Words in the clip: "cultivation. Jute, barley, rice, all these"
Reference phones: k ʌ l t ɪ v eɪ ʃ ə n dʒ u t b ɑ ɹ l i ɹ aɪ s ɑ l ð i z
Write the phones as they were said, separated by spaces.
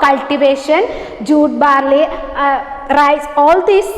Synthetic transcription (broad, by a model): k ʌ l t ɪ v eɪ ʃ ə n dʒ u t b ɑ ɹ l i ɹ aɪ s ɑ l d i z